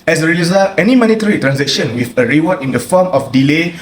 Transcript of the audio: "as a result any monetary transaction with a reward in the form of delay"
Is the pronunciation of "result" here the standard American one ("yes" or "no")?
no